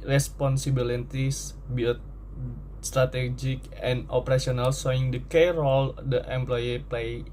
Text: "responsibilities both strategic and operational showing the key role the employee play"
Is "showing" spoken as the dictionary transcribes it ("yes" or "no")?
no